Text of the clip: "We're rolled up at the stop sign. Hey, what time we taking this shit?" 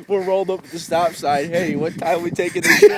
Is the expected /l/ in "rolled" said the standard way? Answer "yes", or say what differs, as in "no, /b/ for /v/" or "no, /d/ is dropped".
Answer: yes